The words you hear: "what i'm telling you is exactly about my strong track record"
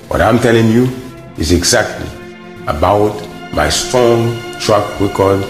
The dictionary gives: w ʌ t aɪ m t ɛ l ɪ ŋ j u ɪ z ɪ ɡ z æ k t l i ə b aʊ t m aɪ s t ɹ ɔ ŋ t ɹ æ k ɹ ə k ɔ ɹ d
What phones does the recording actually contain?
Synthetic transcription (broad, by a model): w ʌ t aɪ m t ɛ l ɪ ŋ j u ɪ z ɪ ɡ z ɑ k t l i ə b aʊ t m aɪ s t ɔ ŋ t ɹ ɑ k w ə k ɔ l